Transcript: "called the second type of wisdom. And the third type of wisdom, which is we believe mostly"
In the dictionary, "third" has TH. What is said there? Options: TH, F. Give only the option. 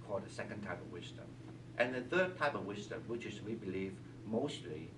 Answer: TH